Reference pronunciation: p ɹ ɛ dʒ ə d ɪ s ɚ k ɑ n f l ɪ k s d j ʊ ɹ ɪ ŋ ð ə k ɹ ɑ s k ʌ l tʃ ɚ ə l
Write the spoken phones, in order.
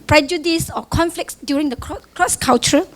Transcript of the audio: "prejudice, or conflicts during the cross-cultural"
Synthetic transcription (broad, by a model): p ɹ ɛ dʒ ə d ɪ s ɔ k ɑ n f l ɪ k s d j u ɹ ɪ ŋ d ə k ɹ ɑ s k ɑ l tʃ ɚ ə